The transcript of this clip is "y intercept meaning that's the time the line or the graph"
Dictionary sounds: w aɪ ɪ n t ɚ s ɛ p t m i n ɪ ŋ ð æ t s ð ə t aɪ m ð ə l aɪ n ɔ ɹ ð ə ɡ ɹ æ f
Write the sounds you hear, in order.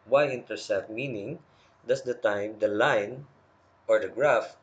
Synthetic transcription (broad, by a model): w aɪ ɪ n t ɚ s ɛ t m i n ɪ ŋ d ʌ s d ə t aɪ m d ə l aɪ n ɔ ɹ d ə ɡ ɹ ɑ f